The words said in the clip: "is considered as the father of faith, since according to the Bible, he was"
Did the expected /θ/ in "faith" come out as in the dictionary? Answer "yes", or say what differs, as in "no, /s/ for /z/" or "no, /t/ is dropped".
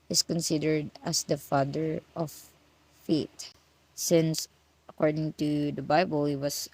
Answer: no, /t/ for /θ/